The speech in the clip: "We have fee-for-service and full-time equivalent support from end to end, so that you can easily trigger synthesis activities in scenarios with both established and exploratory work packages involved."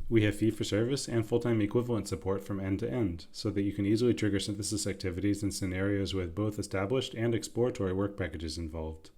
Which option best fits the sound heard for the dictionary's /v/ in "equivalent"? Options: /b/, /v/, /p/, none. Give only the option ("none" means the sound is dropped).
/v/